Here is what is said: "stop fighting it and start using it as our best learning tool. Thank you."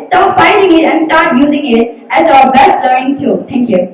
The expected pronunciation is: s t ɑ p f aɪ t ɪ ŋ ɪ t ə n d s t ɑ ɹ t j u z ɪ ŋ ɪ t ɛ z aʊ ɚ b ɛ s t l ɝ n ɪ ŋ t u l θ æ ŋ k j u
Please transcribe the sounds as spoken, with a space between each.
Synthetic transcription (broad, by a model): s t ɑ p f aɪ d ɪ ŋ ɪ t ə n s t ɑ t j u z ɪ ŋ ɪ t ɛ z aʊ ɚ b ɛ s t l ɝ ɪ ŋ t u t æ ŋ k j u